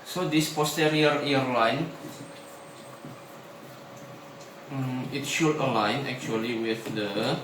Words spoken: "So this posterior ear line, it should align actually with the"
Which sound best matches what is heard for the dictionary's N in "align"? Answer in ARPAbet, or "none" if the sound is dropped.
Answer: N